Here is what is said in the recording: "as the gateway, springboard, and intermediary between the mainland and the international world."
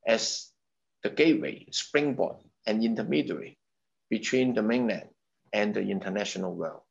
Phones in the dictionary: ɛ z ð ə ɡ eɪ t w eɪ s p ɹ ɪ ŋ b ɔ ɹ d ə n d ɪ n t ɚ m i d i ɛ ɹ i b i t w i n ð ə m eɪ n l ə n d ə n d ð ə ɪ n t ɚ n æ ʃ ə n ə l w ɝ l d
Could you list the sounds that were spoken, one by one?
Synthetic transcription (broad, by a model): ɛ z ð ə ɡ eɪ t w eɪ s p ɹ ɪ ŋ b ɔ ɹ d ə n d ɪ n t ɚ m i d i ɹ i b i t w i n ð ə m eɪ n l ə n ə n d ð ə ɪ n t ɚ n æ ʃ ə n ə l w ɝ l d